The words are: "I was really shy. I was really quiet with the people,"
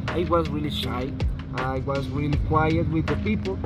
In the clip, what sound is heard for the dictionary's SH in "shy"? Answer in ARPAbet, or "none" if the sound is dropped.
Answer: SH